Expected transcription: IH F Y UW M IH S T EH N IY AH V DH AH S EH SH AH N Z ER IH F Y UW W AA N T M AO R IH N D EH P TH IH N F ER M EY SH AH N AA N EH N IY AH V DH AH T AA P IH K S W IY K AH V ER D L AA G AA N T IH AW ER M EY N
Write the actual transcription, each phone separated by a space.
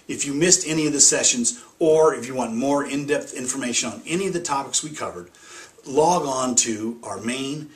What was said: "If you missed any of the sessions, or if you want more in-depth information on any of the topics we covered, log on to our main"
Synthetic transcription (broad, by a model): IH F Y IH M IH S T EH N IY AH V DH AH S EH SH AH N Z ER IH F Y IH W AA N M AO R IH N D EH P TH IH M F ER M EY SH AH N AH N EH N IY AH V DH AH T AA P IH K S W IY K AH V ER D L AA G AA N T IH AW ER M EY N